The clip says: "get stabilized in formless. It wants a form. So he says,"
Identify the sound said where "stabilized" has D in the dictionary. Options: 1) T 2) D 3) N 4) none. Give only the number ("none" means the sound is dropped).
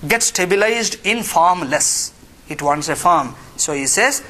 2